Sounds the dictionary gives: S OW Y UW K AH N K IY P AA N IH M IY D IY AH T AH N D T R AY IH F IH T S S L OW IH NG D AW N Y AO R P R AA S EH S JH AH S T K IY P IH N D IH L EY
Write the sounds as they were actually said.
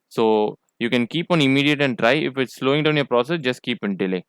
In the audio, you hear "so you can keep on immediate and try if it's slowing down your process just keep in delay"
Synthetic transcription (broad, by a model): S OW Y UW K AH N K IY P AA N IH M IY D IY AH T AH N D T R AY IH F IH T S S L OW IH NG D AW N Y AO R P R AA S EH S JH AH S T K IY P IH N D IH L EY